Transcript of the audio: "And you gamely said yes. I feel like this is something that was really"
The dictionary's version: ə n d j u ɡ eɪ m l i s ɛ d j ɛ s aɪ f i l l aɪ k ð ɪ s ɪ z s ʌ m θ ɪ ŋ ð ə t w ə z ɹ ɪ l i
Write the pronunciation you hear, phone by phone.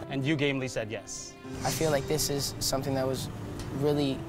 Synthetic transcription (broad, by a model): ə n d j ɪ ɡ eɪ m l i s ɛ d j ɛ s aɪ f i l l aɪ k ð ɪ s ɪ z s ʌ m θ ɪ ŋ ð ə t w ə z ɹ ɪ l i